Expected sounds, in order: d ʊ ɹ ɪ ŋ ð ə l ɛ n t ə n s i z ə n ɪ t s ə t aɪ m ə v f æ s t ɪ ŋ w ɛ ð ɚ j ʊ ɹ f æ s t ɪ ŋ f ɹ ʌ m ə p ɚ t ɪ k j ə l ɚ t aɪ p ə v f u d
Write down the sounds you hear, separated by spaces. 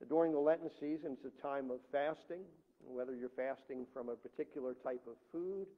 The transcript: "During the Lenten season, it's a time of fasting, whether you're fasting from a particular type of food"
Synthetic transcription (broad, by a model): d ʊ ɹ ɪ ŋ ð ə l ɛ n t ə n s i z ə n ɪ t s ə t aɪ m ə v f æ s t ɪ ŋ w ɛ ð ɚ j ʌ ɹ f æ s t ɪ ŋ f ɹ ʌ m ə p ɚ t ɪ k j l ɚ t aɪ p ə v f u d